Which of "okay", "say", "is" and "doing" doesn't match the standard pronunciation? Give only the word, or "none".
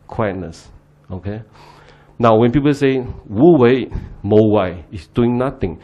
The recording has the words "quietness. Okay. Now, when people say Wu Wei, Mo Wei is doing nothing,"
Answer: is